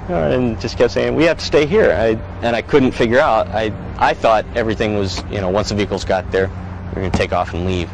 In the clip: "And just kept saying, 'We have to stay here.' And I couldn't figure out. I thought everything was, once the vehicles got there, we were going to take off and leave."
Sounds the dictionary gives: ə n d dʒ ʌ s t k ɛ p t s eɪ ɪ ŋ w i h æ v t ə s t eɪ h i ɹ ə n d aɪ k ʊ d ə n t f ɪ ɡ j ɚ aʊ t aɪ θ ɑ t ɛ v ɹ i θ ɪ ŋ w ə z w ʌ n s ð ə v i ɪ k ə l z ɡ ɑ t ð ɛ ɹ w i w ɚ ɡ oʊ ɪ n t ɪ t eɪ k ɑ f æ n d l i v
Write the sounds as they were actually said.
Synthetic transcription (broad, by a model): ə n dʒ ʌ s k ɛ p s eɪ ɪ ŋ w i h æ f t ə s t eɪ h i ɹ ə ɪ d aɪ k ʊ d n t f ɪ ɡ j ɚ aʊ t aɪ θ ɑ t ɛ v ɹ i θ ɪ ŋ w ə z w ʌ n s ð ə v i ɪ k l z ɡ ɑ t ð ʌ ɹ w w ɚ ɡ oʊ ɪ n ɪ t eɪ k ɑ f n l i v